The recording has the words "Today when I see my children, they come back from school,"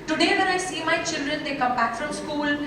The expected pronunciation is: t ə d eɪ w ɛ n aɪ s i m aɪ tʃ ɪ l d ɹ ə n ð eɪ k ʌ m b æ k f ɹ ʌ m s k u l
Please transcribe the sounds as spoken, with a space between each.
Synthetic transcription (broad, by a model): t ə d eɪ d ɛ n aɪ s i m aɪ tʃ ɪ l d ɹ ə n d eɪ k ʌ m b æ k f ɹ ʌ m s k u l